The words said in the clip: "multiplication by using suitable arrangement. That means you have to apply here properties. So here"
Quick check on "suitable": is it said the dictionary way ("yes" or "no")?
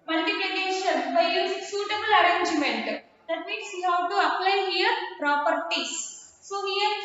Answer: yes